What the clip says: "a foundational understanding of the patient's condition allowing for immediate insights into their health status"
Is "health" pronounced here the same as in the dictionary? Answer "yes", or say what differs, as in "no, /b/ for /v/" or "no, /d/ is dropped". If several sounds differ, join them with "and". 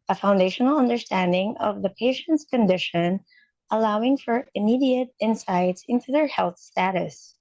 yes